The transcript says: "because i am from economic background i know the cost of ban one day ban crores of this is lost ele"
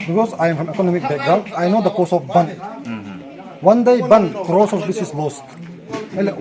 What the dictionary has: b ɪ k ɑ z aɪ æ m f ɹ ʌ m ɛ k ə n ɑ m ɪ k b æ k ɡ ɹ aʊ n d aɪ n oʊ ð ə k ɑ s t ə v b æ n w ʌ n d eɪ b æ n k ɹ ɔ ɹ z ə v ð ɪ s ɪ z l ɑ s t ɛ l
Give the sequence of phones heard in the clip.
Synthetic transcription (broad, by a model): b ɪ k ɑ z aɪ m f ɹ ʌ m ɛ k ə n ɑ m ɪ k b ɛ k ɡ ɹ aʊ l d aɪ n oʊ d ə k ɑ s ə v b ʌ n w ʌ n d eɪ b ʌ n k ɹ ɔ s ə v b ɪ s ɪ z l ɑ s t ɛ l